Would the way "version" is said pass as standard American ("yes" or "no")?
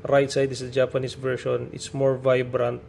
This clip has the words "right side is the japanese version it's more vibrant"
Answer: no